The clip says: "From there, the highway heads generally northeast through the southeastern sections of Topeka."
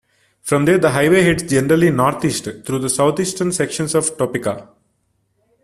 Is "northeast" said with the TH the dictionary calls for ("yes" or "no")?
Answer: no